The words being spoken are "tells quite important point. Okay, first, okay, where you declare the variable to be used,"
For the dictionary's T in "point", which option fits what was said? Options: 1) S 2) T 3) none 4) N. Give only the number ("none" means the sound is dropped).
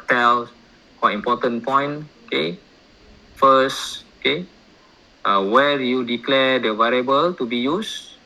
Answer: 3